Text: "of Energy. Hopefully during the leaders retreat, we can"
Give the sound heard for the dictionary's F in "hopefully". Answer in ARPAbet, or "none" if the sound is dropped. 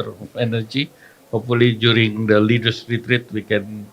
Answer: none